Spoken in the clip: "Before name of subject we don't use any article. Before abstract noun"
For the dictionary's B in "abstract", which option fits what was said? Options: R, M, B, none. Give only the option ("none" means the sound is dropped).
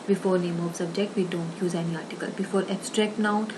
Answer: none